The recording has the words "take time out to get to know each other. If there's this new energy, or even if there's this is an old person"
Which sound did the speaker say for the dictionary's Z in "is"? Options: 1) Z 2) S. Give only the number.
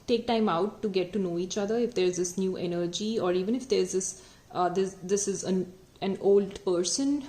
1